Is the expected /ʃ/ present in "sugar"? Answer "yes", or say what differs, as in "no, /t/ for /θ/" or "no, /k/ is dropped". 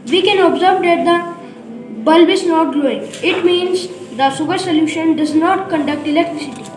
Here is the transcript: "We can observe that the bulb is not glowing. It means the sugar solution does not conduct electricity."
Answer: no, /s/ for /ʃ/